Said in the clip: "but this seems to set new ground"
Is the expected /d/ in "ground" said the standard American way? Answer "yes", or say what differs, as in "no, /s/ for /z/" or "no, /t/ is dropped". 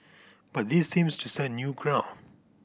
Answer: no, /d/ is dropped